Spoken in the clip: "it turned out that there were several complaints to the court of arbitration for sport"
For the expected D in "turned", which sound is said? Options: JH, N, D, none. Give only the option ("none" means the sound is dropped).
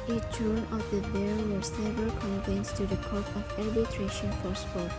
none